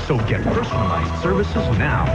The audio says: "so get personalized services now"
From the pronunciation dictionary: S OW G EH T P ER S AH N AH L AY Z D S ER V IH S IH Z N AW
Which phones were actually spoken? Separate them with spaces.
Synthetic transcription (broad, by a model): S OW G EH T P ER S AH N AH L AY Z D S ER V IH S IH Z N AW